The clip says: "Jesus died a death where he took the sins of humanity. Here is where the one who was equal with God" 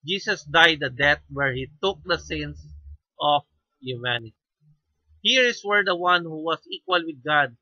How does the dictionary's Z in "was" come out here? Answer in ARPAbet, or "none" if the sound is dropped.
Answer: S